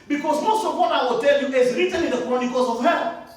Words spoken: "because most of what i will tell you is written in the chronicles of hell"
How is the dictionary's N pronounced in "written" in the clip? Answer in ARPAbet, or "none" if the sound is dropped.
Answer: L